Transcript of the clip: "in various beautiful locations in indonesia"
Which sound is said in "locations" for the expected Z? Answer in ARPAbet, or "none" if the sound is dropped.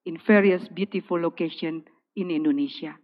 none